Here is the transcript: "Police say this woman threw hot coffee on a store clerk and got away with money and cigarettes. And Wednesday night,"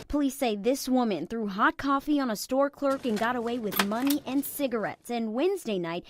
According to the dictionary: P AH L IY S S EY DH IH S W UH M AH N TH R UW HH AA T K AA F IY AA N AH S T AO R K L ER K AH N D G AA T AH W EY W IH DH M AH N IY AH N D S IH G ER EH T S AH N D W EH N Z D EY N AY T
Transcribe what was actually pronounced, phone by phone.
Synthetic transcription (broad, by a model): P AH L IY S S EY DH IH S W UH M AH N TH R UW HH AA T K AA F IY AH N AH S T AO R K L ER K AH N G AA T AH W EY W IH DH M AH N IY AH N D S IH G ER EH T S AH N W EH N Z D EY N AY T